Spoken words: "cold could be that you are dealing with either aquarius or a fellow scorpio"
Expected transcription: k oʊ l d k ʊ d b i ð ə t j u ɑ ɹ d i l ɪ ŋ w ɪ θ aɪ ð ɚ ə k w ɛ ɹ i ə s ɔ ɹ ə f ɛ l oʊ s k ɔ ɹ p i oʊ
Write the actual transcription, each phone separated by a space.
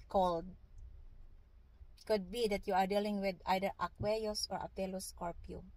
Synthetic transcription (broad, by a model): k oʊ l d k ʊ d b i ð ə t j u ɑ ɹ d i l ɪ ŋ w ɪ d aɪ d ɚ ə k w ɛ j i s ɔ ɹ ə p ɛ l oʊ s k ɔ ɹ p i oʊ